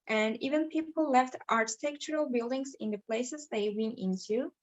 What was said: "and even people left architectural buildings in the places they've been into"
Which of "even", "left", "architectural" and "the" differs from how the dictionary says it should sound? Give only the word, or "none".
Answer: none